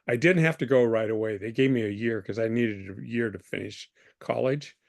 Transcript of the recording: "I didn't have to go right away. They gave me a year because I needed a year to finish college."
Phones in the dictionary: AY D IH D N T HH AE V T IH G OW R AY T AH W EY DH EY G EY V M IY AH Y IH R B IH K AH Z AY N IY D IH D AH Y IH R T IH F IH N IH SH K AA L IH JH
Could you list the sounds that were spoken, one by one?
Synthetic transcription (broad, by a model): AY D IH D N T HH AE F T IH G OW R AY T AH W EY DH EY G EY V M IY AH Y IH R K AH Z AY N IY D IH D AH Y IH R T IH F IH N IH SH K AA L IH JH